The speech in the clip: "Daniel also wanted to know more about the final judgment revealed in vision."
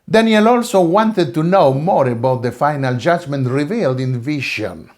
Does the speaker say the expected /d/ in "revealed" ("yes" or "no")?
yes